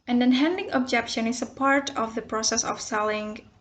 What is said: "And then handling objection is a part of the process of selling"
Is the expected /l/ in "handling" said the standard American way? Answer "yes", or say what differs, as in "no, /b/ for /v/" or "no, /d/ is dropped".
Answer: no, /l/ is dropped